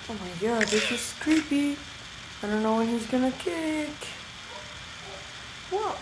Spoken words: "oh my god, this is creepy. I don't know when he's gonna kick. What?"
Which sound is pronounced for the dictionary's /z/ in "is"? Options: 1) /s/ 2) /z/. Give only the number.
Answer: 1